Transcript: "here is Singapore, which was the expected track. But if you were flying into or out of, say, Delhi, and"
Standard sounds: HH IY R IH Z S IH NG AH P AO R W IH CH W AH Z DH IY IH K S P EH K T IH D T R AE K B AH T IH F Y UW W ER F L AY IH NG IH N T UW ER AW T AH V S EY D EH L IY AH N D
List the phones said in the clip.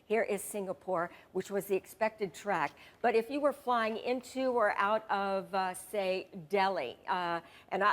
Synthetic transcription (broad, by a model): HH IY R IH Z S IH NG AH P AO R W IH CH W AH Z DH IY IH K S P EH K T IH D T R AE K B AH T IH F Y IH W ER F L AY IH NG IH N T UW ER AW T AH V S EY D EH L IY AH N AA